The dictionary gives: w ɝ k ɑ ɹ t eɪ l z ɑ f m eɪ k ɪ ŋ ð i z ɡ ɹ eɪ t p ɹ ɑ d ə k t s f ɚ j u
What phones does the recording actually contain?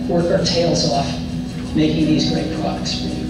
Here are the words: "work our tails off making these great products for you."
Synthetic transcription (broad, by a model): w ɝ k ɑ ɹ t eɪ l z ɑ f m eɪ k ɪ ŋ ð i z ɡ ɹ eɪ t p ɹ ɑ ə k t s